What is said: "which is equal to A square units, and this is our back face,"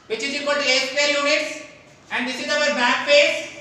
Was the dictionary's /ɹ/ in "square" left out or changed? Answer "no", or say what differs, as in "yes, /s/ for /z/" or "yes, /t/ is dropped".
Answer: yes, /l/ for /ɹ/